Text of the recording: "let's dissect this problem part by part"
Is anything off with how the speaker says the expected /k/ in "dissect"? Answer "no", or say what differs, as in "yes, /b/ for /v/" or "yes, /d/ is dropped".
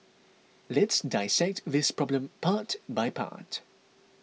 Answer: no